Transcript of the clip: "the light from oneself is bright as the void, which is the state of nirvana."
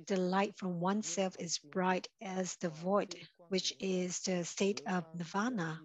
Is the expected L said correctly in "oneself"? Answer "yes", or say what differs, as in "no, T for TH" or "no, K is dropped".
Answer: yes